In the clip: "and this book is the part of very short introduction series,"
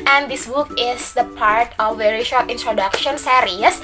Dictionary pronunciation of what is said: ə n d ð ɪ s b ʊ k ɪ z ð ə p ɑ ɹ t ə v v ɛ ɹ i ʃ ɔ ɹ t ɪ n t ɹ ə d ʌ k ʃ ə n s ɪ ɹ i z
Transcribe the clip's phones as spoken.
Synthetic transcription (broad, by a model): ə n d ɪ s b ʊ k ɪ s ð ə p ɑ ɹ t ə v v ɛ ɹ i ʃ ɔ ɹ t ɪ n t ɹ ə d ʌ k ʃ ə n s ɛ ɹ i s